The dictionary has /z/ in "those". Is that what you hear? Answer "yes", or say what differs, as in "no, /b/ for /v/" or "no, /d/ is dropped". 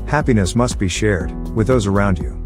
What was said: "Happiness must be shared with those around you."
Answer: yes